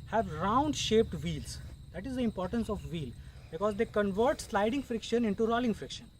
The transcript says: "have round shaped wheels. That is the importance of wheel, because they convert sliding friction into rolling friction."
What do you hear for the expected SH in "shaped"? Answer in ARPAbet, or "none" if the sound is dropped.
SH